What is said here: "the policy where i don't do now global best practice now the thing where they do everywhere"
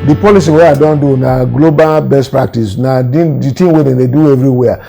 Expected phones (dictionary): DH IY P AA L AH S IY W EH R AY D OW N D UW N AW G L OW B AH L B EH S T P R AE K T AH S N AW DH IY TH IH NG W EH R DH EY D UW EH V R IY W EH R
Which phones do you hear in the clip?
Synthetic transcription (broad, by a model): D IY P AA L AH S IY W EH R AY D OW N D UW N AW G L OW B AH L B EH S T P R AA K T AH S N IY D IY T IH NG W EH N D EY D UW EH V R IY W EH